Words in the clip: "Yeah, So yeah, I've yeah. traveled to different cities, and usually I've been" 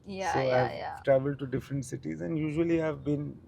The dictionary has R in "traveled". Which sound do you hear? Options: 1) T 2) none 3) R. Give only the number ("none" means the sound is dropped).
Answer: 3